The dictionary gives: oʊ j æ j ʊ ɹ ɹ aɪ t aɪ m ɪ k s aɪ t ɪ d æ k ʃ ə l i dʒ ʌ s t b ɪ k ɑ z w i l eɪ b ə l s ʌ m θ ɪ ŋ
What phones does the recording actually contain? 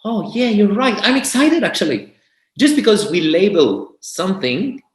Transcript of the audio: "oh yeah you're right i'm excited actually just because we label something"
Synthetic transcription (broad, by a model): oʊ j æ j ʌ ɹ ɹ aɪ t aɪ m ɪ k s aɪ t ɪ d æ k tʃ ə l i dʒ ʌ s t b ɪ k ɑ z w i l eɪ b ə l s ʌ m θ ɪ ŋ